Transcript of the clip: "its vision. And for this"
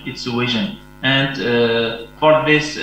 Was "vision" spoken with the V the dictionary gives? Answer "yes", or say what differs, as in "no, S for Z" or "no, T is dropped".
no, W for V